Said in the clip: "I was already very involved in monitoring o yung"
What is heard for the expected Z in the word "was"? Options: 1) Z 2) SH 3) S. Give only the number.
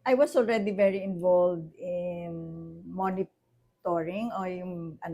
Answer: 3